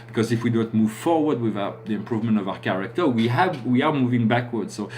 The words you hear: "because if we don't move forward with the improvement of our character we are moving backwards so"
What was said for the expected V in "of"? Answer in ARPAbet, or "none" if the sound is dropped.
V